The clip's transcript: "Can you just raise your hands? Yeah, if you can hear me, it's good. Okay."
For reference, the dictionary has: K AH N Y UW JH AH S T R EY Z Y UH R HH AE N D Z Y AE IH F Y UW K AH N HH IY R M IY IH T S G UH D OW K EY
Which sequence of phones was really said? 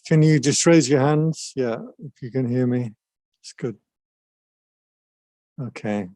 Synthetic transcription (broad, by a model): K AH N Y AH JH AH S T R EY Z Y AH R HH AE N D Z Y AE IH F Y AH K AH N HH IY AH M IY IH T S G UH D OW K EY